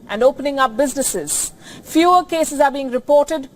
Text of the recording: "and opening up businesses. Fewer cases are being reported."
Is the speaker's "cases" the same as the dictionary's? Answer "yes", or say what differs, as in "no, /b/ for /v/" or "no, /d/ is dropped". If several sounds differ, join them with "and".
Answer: yes